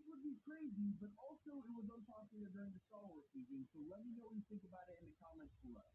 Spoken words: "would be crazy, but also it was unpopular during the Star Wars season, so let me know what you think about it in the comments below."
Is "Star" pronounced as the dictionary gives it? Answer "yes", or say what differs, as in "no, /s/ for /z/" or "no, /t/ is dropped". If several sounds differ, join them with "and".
no, /l/ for /ɹ/